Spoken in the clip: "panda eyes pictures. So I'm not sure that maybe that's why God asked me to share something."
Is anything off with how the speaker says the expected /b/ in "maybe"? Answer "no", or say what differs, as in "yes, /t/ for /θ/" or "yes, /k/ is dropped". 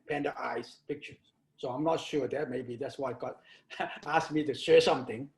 no